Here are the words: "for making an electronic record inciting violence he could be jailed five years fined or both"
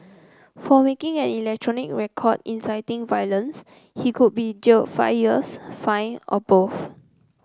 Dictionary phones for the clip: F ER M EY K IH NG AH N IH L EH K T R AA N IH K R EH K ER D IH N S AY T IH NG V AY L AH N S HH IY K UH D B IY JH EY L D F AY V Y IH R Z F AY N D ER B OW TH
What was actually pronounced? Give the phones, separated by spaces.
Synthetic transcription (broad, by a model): F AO M EY K IH NG AH N IH L EH K T R AA N IH K R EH K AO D IH N S AY T IH NG V AY L AH N S HH IY K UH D B IY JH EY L F AY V Y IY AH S F AY N AO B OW F